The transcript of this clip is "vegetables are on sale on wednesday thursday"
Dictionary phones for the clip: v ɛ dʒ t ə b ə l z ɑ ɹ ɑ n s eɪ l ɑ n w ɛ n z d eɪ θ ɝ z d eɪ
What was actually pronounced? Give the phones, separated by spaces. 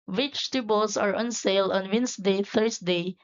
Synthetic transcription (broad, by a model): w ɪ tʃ t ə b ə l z ɑ ɹ ɑ n s eɪ l ɑ n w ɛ n s d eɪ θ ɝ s d eɪ